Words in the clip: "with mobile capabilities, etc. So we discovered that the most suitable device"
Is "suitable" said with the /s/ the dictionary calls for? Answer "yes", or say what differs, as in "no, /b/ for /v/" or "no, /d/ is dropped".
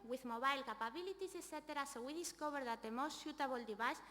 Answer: no, /ʃ/ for /s/